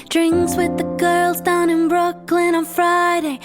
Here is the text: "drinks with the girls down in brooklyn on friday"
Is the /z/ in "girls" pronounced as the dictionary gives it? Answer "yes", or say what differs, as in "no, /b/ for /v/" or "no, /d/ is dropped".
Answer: yes